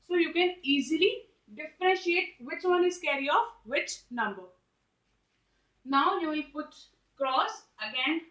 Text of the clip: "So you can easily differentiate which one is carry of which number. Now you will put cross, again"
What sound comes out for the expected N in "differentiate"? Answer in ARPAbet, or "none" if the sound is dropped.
none